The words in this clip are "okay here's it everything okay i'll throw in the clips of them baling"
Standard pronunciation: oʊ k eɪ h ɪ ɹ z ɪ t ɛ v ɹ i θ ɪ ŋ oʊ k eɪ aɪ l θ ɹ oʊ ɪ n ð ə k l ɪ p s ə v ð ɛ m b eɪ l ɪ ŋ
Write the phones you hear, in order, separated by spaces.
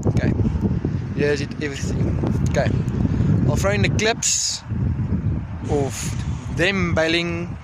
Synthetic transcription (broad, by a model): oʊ k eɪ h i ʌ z ɪ t ɛ v ɹ i θ ɪ ŋ oʊ k eɪ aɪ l f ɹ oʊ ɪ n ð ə k l ɪ p s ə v ð ɛ m b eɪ l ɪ ŋ